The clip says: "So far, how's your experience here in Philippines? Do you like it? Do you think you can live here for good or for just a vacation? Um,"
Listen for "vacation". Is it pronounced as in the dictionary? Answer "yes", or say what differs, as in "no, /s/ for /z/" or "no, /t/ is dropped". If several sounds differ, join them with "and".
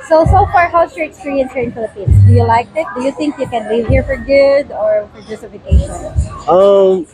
no, /f/ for /v/